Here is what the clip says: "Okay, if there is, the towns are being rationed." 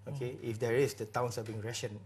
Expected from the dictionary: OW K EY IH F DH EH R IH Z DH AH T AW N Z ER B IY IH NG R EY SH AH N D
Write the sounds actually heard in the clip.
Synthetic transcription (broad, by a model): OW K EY IH F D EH R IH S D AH T AW N S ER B IY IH NG R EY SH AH N